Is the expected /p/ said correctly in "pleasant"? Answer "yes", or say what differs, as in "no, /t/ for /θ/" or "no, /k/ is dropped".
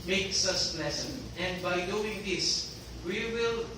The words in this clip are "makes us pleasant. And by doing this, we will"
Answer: no, /b/ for /p/